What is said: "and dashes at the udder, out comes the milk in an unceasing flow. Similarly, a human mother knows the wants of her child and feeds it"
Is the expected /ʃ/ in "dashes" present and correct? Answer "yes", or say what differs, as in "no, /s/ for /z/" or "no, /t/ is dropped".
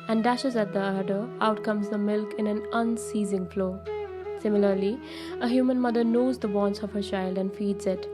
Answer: yes